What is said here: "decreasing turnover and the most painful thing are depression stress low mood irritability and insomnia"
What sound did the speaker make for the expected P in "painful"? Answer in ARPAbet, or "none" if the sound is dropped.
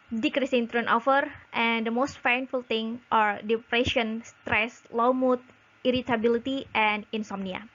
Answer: F